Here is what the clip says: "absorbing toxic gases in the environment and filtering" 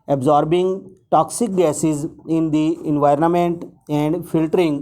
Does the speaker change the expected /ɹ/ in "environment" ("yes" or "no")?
no